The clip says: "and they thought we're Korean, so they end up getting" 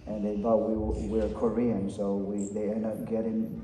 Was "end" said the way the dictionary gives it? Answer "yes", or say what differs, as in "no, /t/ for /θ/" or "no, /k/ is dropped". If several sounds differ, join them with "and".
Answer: yes